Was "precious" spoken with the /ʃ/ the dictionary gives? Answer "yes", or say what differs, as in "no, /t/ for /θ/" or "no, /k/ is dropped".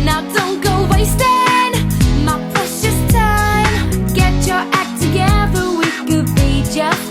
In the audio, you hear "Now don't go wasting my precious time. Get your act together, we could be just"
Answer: no, /s/ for /ʃ/